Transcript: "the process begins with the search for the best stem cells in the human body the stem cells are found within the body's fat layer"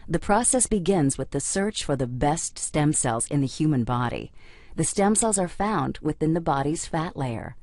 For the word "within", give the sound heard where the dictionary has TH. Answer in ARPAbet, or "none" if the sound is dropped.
TH